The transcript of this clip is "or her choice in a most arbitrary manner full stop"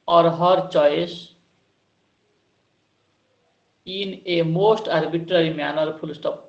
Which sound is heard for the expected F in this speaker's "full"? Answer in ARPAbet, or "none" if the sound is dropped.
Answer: P